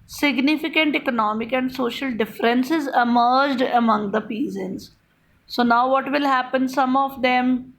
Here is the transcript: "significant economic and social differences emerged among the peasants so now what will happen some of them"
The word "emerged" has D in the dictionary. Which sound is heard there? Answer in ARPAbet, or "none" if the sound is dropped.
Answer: D